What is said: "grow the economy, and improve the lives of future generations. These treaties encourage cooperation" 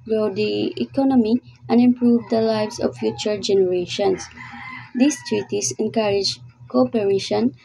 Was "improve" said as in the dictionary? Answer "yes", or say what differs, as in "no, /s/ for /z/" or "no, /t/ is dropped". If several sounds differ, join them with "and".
yes